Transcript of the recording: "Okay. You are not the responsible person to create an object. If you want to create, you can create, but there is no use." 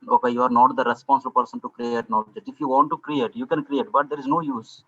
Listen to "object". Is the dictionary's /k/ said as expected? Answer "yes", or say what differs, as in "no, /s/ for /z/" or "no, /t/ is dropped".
no, /k/ is dropped